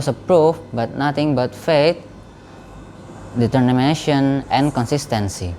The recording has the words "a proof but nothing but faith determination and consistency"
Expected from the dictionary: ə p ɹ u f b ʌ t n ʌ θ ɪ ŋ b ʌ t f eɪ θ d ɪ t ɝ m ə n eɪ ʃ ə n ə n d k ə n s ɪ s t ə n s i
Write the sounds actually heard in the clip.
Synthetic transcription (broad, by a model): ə p ɹ u f b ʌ t n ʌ t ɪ ŋ b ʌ t f eɪ t d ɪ t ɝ m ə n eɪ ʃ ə n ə n k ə n s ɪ s t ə n s i